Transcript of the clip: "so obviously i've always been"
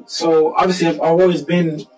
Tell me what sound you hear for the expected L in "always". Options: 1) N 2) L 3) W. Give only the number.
3